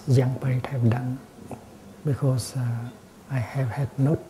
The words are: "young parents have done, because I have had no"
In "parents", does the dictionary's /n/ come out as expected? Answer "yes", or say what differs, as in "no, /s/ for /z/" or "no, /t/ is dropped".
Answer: no, /n/ is dropped